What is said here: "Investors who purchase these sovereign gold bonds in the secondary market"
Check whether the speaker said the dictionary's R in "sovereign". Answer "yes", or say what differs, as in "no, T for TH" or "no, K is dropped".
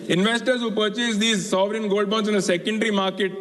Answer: yes